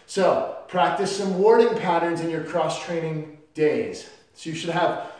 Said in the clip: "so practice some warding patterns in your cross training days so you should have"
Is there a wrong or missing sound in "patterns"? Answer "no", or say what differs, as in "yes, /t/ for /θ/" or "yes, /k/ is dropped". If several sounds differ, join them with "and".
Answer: no